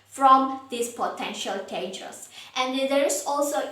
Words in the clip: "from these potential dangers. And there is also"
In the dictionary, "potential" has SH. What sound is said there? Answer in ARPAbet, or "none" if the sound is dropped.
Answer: SH